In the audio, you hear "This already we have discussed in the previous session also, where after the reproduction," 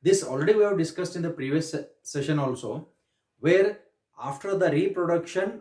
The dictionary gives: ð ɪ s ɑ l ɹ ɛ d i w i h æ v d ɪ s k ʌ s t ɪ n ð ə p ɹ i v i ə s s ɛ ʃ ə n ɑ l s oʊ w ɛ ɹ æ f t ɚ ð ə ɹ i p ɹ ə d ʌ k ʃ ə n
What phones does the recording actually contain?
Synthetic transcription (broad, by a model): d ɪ s ɑ l ɹ ɛ d i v i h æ v d ɪ s k ʌ s t ɪ n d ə p ɹ i v i ə s s ɛ ʃ ə n ɑ l s oʊ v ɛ ɹ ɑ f t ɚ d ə ɹ i p ɹ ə d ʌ k ʃ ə n